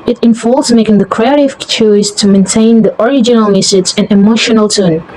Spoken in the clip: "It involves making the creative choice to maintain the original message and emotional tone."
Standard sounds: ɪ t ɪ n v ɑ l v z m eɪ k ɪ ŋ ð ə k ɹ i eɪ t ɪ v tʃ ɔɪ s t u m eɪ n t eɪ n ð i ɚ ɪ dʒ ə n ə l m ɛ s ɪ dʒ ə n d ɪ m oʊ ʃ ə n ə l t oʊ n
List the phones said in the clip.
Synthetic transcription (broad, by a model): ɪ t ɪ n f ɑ l z m eɪ k ɪ ŋ ð ə k ɹ i eɪ t ɪ v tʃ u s t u m eɪ n t eɪ n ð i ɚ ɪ dʒ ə n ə l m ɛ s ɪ z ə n ɪ m oʊ ʃ ə n ə l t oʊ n